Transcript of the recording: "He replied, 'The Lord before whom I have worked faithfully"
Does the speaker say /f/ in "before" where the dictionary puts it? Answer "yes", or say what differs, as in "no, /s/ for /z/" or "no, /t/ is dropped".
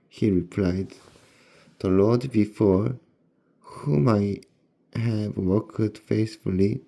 yes